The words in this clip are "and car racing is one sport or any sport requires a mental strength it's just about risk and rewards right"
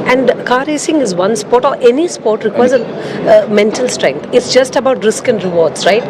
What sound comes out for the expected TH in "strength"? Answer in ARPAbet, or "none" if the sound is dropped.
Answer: T